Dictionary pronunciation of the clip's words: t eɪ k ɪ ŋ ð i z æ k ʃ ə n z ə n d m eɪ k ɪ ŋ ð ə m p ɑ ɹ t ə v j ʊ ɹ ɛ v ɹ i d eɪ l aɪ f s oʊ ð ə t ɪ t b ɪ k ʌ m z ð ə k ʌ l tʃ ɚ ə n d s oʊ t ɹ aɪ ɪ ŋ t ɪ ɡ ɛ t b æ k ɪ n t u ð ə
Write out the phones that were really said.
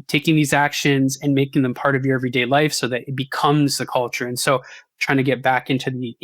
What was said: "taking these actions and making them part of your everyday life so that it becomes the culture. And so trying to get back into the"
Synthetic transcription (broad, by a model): t eɪ k ɪ ŋ ð i z æ k ʃ ə n z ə n m eɪ k ɪ ŋ ð ə m p ɑ ɹ t ə v j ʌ ɹ ɛ v ɹ i d eɪ l aɪ f s oʊ ð ə t ɪ t b ɪ k ʌ m z ð ə k ʌ l tʃ ɚ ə n s oʊ t ɹ aɪ ɪ ŋ t ɪ ɡ ɛ t b æ k ɪ n t u ð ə